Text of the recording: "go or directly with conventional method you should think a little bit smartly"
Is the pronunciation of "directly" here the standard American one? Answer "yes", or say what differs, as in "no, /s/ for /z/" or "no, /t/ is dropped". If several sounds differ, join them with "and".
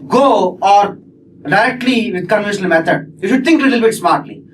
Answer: no, /k/ is dropped